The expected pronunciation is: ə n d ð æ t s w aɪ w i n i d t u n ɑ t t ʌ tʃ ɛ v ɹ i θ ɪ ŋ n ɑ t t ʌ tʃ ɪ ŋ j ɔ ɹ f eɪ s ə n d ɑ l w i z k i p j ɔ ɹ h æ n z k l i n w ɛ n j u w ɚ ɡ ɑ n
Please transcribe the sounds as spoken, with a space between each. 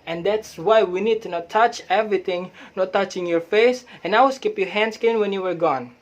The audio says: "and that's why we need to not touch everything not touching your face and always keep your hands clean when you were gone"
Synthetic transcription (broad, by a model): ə n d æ t s w aɪ w i n i d t u n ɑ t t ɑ tʃ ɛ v ɹ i t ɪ ŋ n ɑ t t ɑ tʃ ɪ ŋ j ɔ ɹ f eɪ s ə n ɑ w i s k i p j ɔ h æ n s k i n w ɛ n j u w ɚ ɡ ɑ n